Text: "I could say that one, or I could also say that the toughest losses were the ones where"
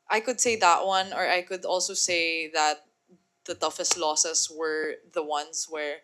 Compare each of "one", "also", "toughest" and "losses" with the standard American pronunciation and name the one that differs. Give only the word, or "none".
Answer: losses